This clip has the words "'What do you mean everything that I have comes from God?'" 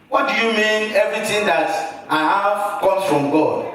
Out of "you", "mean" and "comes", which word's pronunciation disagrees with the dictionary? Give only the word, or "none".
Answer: comes